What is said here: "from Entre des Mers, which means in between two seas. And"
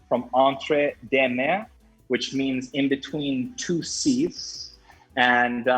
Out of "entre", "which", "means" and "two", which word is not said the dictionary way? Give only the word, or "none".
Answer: none